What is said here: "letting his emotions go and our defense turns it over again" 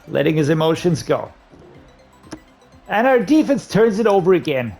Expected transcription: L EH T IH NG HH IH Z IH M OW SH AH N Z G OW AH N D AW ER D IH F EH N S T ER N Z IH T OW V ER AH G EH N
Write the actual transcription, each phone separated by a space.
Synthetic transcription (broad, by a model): L EH T IH NG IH Z IH M OW SH AH N Z G OW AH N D AW ER D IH F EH N S T ER N Z IH T OW V ER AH G EH N